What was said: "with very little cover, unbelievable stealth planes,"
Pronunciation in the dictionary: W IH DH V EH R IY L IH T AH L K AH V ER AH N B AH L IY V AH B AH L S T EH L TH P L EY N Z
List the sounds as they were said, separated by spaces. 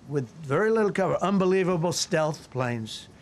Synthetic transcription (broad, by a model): W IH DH V EH R IY L IH T L K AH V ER AH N B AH L IY V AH B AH L S T EH L TH P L EY N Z